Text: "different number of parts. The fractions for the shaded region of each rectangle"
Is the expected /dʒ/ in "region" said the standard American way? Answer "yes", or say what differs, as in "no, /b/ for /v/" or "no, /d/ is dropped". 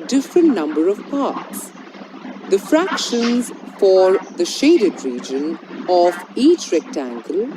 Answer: yes